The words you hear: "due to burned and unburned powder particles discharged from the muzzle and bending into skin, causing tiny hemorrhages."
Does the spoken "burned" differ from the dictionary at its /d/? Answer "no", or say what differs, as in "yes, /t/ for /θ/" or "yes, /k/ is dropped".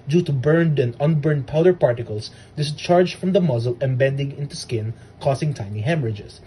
no